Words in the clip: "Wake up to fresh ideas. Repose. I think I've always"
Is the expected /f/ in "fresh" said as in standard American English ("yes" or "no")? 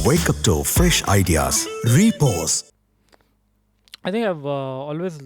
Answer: yes